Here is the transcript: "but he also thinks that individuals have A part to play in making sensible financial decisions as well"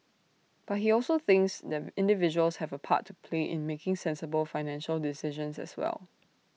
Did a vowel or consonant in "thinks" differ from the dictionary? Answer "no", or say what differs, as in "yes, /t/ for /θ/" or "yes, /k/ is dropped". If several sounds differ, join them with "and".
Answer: no